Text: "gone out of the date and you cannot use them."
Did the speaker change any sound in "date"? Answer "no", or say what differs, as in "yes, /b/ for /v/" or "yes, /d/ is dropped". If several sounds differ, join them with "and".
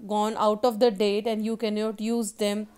no